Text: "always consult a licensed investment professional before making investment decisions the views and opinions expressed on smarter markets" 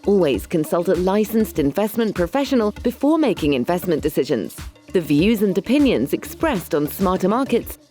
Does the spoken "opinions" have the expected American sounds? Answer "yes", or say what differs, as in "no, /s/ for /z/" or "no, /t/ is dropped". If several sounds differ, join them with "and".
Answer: yes